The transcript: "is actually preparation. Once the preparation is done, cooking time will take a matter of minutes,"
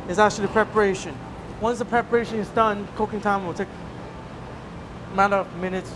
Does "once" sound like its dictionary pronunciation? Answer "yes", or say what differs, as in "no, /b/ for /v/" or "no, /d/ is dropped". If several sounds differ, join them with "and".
yes